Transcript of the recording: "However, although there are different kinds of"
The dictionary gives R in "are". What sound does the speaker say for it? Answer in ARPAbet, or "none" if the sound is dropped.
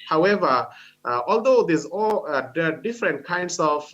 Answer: L